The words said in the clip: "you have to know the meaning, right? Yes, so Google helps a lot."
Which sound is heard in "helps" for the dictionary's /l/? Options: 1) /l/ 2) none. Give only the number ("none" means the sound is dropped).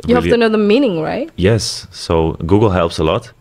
1